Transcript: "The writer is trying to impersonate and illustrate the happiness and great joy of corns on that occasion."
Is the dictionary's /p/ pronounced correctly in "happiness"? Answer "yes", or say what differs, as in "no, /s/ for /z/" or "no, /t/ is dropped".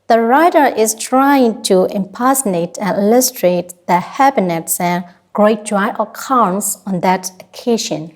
no, /b/ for /p/